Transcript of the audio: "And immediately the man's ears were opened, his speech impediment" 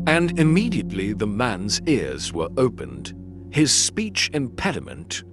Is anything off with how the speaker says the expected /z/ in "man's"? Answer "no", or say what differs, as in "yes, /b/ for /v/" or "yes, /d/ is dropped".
no